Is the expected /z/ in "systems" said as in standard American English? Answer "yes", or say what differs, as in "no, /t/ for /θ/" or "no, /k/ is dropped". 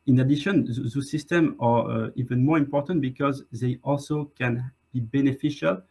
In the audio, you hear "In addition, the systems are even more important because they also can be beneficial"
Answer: no, /z/ is dropped